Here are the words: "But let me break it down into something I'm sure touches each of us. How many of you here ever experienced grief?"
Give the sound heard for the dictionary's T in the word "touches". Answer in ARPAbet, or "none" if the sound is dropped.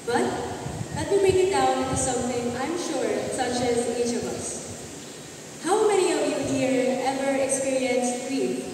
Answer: S